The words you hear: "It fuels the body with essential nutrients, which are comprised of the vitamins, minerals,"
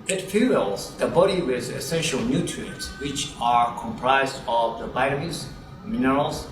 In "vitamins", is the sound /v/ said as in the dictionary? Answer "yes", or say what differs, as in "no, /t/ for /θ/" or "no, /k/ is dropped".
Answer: no, /b/ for /v/